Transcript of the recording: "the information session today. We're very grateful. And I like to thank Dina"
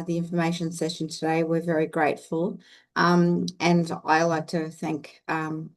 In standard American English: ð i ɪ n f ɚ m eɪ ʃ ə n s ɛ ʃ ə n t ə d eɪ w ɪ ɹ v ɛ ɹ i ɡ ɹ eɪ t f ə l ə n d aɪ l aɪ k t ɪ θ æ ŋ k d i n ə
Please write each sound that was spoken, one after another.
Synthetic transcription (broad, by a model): ð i ɪ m f ɚ m eɪ ʃ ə n s ɛ ʃ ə n t ə d eɪ w ɪ ɹ v ɛ ɹ i ɡ ɹ eɪ t f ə l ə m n aɪ l aɪ k t ɪ θ æ ŋ k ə